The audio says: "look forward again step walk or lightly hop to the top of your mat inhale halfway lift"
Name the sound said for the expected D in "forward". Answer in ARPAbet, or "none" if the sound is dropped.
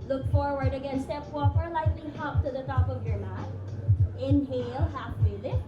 D